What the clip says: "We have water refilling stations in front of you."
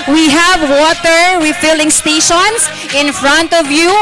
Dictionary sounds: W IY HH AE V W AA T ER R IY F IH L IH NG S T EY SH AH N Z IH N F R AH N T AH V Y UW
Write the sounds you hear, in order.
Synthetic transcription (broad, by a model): W IY HH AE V W AA T ER W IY F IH L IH NG S T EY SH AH N S IH N F R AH N T AH V Y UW